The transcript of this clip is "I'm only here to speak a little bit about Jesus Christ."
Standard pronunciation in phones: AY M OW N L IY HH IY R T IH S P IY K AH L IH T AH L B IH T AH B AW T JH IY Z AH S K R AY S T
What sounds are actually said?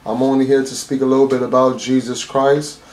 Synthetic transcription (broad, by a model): AY M OW N L IY HH IY R T IH S P IY K AH L IH T L B IH T AH B AW T JH IY Z AH S K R AY S T